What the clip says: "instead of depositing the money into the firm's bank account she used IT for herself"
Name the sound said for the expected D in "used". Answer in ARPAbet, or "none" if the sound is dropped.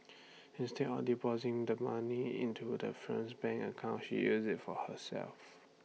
none